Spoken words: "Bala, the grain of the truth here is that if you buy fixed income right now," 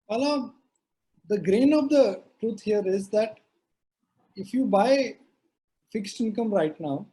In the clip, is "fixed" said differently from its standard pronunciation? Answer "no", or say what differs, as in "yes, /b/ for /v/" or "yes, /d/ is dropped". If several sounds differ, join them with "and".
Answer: no